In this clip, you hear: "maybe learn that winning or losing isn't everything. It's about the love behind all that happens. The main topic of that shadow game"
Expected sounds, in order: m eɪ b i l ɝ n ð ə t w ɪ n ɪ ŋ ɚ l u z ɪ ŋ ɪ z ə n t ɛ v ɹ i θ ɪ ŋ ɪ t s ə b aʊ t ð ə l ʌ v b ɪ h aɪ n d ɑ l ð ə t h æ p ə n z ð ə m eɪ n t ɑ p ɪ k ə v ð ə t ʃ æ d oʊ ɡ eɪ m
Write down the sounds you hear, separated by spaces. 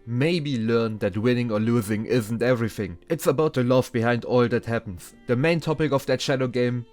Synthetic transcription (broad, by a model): m eɪ b i l ɝ n ð ə t w ɪ n ɪ ŋ ɚ l u z ɪ ŋ ɪ z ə n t ɛ v ɹ i θ ɪ ŋ ɪ t s ə b aʊ t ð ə l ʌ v b ɪ h aɪ n d ɑ l ð ə t h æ p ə n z ð ə m eɪ n t ɑ p ɪ k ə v ð ə t ʃ æ d oʊ ɡ eɪ m